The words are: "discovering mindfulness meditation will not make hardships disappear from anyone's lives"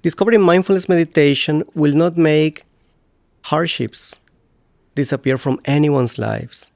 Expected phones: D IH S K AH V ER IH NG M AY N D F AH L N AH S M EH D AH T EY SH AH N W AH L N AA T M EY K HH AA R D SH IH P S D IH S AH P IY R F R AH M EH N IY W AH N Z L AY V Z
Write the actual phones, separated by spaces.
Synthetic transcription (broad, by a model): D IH S K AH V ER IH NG M AY N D F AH L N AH S M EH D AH T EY SH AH N W AH L N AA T M EY K HH AA R D SH IH P S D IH S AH P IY R F R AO M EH N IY W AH N S L AY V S